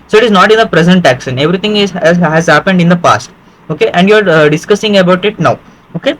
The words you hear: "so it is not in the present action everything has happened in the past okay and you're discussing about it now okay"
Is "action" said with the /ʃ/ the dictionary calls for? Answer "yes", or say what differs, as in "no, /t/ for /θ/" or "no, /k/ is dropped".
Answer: no, /s/ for /ʃ/